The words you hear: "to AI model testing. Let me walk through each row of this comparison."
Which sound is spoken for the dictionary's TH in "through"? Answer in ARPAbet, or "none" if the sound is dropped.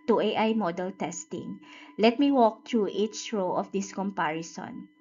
T